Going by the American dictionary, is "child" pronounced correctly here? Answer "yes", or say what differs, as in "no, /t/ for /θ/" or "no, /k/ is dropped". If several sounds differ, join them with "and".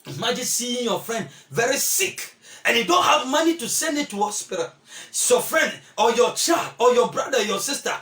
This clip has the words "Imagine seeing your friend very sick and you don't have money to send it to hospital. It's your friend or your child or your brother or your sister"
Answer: yes